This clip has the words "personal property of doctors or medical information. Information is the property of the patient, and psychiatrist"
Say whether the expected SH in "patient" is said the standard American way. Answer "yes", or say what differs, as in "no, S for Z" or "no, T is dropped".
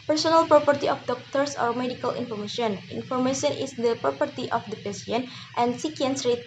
no, S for SH